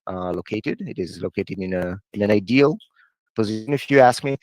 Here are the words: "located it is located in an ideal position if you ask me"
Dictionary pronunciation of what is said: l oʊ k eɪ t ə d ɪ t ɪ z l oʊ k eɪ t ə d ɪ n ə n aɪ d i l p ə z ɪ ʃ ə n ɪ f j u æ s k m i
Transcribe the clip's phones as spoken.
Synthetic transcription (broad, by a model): l oʊ k eɪ t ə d ɪ t ɪ z l oʊ k eɪ t ə d ɪ n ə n aɪ d i l p ə z ɪ ʃ ə n ɪ f j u æ s k m i